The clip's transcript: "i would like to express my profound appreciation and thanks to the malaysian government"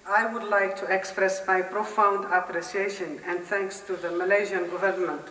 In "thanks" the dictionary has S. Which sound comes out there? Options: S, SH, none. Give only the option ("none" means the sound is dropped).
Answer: S